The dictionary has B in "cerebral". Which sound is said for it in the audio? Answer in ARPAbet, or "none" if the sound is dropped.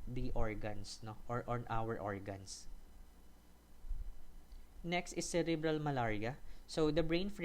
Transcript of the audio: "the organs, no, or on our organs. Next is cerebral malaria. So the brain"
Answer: B